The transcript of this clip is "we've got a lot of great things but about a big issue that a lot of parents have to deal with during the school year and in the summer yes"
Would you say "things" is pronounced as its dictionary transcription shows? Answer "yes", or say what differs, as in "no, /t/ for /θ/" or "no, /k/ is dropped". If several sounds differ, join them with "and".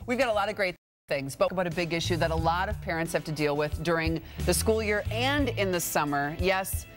yes